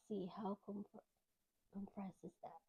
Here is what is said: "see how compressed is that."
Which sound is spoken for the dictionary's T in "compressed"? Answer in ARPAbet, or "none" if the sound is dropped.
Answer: none